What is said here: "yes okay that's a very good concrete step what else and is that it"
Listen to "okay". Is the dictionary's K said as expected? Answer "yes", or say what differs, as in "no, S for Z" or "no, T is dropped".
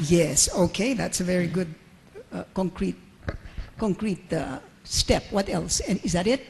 yes